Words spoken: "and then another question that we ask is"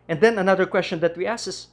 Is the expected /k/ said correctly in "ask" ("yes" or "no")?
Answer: no